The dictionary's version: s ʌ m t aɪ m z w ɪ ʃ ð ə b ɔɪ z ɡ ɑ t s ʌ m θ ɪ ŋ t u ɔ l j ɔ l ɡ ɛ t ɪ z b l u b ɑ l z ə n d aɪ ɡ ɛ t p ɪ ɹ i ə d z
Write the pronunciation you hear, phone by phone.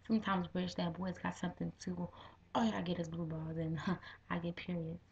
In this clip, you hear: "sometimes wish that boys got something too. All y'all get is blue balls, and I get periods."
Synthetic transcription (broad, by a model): s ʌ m t aɪ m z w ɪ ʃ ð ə b ɔɪ z ɡ ɑ t s ʌ m θ ɪ ŋ t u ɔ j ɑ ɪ ɡ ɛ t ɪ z b l u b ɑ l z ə n aɪ ɡ ɛ t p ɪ ɹ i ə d